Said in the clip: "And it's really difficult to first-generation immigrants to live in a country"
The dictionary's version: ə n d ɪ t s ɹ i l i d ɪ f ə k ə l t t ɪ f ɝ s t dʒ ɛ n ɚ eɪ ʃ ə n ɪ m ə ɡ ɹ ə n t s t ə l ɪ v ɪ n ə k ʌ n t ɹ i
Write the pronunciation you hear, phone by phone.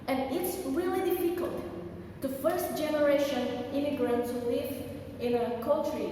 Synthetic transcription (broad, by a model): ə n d ɪ t s ɹ i l i d ɪ f ə k ə l t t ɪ f ɝ s t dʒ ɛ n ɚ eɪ ʃ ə n ɪ m ə ɡ ɹ ə n t s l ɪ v ɪ n ə k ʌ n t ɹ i